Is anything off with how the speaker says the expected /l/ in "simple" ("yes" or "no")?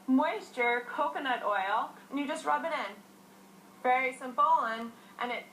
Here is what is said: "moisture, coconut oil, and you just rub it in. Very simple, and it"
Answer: yes